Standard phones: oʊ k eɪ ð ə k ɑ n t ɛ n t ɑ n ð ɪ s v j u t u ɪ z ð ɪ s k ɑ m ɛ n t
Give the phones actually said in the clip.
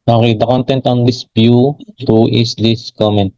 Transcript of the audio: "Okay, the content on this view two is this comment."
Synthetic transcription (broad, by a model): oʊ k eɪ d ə k ɑ n t ɛ n t ɑ n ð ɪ s b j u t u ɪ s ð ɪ s k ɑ m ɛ n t